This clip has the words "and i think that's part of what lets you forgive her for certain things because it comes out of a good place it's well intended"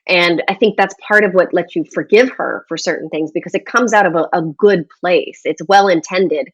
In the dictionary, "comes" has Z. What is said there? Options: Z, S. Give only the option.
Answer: Z